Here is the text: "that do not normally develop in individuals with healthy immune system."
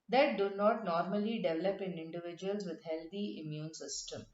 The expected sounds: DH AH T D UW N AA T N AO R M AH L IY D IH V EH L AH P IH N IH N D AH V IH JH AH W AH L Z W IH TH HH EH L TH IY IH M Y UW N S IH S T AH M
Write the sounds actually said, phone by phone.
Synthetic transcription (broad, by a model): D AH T D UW N AA T N AO R M AH L IY D IH V EH L AH P IH N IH N D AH V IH JH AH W AH L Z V IH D HH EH L T IY IH M Y UW N S IH S T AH M